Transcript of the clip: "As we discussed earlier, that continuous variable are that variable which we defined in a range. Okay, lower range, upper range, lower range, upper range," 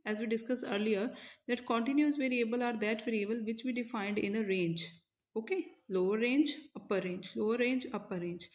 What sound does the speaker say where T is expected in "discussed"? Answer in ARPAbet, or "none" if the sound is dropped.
none